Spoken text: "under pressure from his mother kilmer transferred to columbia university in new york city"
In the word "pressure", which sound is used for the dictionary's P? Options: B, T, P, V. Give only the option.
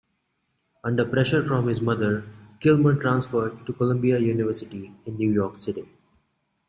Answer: P